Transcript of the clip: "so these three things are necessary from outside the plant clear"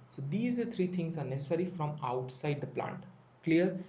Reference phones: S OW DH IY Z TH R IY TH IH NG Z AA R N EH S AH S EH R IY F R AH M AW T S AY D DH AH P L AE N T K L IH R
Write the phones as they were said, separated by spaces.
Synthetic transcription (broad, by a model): S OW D IY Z T R IY T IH NG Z AA R N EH S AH S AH R IY F R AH M AW T S AY D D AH P L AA N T K L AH R